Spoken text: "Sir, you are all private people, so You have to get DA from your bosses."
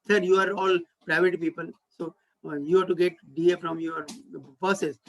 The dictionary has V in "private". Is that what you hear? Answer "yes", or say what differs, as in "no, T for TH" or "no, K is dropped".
yes